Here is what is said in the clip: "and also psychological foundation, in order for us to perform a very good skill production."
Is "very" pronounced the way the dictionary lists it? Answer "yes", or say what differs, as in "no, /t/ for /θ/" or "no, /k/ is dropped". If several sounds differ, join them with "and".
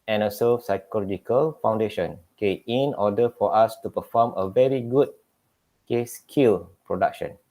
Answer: yes